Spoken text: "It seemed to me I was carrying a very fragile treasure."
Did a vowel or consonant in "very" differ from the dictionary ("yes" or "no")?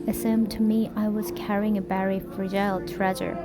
yes